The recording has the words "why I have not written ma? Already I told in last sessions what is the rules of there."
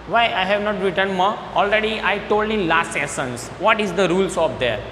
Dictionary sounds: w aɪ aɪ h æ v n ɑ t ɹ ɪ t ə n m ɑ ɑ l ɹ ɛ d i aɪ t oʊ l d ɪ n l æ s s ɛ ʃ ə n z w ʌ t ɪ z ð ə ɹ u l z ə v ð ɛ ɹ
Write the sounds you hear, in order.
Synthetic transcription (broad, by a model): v aɪ aɪ h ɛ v n ɑ t ɹ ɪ t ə n m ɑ ɑ l ɹ ɛ d i aɪ t oʊ l d ɪ n l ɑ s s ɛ s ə n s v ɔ t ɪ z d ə ɹ u l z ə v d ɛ ɹ